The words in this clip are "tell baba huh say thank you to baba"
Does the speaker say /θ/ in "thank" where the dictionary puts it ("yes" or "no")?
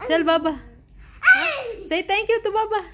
no